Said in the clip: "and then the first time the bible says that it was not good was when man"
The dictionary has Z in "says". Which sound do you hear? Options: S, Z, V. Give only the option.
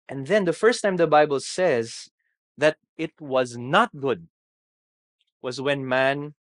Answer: Z